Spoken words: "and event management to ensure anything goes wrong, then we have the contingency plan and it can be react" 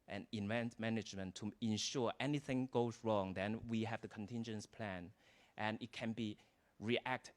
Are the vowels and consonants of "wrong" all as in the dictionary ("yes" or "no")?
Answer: yes